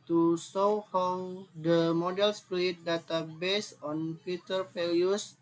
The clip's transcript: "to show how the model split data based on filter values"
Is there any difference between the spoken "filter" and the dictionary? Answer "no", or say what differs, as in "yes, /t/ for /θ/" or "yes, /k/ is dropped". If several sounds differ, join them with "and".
yes, /l/ is dropped